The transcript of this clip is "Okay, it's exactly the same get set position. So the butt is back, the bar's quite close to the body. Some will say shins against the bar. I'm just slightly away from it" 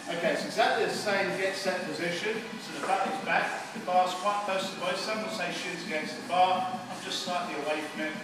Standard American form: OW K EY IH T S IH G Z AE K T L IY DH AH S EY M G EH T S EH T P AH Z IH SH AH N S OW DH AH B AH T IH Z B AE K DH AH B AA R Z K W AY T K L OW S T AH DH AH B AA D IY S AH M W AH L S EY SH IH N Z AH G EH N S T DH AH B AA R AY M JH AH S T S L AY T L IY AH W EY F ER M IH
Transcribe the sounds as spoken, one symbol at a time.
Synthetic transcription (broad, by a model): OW K EY IH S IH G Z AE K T L IY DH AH S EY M G EH T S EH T P AH Z IH SH AH N S OW DH AH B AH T IH Z B AE K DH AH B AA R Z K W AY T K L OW S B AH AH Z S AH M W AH N S EY SH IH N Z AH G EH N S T DH AH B AA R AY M JH AH S T S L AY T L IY AH W EY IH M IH